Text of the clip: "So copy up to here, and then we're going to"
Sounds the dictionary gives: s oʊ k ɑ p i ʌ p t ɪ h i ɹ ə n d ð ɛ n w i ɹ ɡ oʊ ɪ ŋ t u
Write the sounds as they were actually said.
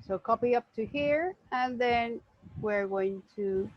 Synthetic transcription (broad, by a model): s oʊ k ɑ p i ʌ p t ɪ h i ɹ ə n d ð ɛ n w i ɹ ɡ oʊ ɪ ŋ t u